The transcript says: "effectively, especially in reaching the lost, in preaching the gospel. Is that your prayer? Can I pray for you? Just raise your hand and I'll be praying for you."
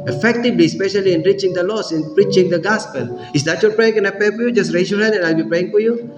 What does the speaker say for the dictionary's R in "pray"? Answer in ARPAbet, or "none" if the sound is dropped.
none